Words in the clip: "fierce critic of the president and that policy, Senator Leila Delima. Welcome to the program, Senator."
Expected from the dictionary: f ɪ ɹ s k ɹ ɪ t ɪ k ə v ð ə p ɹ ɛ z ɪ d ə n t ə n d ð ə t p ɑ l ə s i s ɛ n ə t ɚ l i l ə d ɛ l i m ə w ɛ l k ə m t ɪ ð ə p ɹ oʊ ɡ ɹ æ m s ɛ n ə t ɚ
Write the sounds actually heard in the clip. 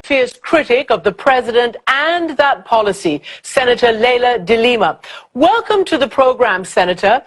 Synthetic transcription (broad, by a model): f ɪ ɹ s k ɹ ɪ t ɪ k ə v ð ə p ɹ ɛ z ɪ d ə n t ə n ð ə t p ɑ l ə s i s ɛ n ə t ɚ l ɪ l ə d ɛ l i m ə w ɛ l k ə m t ɪ ð ə p ɹ oʊ ɡ ɹ æ m s ɛ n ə t ɚ